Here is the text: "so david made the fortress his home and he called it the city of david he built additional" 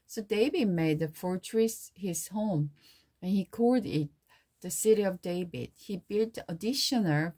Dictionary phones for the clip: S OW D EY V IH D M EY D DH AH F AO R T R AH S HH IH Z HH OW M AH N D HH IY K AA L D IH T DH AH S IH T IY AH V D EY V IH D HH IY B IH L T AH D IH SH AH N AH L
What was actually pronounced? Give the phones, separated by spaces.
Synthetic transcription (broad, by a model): S OW D EY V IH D M EY D DH AH F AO R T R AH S HH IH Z HH OW M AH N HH IY K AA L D IH T DH AH S IH T IY AH V D EY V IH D HH IY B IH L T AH D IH SH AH N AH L